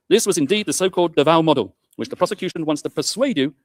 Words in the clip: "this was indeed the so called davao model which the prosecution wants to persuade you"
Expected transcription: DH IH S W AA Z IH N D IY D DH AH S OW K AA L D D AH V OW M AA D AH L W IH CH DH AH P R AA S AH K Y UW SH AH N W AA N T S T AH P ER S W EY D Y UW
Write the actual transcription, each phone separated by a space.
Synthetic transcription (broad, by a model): DH IH S W AA Z IH N D IY D DH AH S OW K AA L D D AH V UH M AA D AH L W IH CH DH AH P R AA S AH K Y UW SH AH N W AA N T S T AH P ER S W EY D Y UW